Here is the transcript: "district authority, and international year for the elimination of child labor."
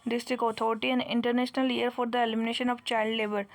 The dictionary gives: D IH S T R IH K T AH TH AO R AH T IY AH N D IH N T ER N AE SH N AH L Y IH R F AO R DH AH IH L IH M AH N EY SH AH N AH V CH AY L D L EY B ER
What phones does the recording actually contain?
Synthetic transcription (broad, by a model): D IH S T R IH K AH T AO R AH T IY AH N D IH N T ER N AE SH N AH L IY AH R F AO R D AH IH L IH M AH N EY SH AH N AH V CH AY L D L EY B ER